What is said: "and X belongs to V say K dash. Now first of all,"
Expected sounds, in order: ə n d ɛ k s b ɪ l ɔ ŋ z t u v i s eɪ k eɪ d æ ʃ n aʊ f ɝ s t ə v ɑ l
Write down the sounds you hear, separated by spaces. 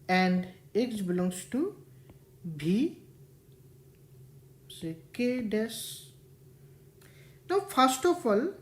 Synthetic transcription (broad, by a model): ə n d ɛ k s b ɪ l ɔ ŋ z t u b i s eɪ k eɪ d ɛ s n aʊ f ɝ s t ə f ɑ l